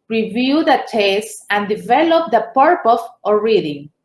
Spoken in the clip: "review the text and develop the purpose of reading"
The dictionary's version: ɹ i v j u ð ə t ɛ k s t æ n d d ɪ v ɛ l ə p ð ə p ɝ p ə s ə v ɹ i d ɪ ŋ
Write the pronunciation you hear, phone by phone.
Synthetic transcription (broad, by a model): ɹ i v j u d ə t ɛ s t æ n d d ɪ v ɛ l ə p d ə p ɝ p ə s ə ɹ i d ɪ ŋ